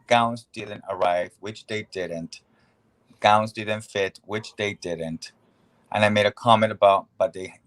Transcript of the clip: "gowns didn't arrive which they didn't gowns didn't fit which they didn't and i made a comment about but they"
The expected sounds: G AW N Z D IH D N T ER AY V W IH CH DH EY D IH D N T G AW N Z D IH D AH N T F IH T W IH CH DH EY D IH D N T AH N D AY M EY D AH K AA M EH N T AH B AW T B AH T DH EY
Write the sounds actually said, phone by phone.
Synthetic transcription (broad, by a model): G AW N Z D IH D N T ER AY V W IH CH DH EY D IH D N T G AW N Z D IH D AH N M F IH T W IH CH DH EY D IH D N T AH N AY M EY D AH K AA M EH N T AH B AW T B AH T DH EY